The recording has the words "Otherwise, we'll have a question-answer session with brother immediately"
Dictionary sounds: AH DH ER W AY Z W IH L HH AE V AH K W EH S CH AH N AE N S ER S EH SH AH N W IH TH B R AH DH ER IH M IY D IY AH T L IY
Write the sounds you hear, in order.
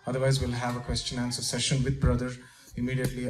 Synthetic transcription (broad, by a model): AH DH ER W AY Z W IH L HH AE V AH K W EH S CH AH N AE N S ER S EH SH AH N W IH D B R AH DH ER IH M IY D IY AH T L IY